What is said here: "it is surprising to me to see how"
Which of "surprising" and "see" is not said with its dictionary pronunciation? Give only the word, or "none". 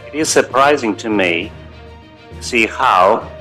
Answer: none